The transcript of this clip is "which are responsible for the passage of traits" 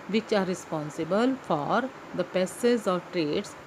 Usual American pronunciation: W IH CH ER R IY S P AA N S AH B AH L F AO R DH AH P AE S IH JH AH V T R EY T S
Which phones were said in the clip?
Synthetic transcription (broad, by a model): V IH CH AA R IY S P AA N S AH B AH L F AO R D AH P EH S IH Z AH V T R EY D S